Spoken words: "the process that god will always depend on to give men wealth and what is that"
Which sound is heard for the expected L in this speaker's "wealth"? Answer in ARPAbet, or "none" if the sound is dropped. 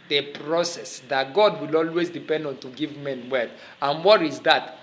none